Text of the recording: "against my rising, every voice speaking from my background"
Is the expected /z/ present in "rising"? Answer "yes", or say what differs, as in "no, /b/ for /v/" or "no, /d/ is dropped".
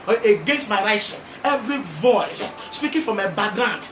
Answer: no, /s/ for /z/